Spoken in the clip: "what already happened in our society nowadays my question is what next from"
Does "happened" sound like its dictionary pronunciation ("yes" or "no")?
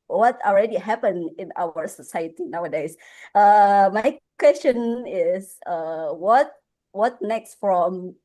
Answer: no